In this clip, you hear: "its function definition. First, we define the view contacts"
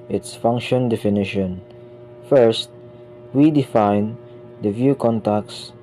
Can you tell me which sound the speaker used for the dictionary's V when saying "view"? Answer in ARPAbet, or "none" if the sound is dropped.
V